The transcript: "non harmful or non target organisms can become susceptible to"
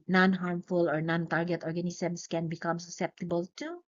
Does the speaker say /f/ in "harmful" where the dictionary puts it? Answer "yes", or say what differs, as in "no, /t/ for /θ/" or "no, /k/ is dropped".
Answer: yes